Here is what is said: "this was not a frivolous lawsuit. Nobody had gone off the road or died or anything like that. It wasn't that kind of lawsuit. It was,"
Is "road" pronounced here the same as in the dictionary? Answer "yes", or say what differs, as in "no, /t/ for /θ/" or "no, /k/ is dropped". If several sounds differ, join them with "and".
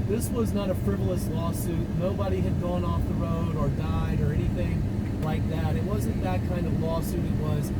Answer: yes